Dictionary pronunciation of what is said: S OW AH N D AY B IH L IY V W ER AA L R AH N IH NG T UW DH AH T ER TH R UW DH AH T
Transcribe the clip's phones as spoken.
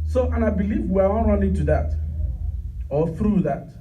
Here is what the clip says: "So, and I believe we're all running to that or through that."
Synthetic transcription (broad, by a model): S OW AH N AY B IH L IY V W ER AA N R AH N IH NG T UW DH AH T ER TH R UW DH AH T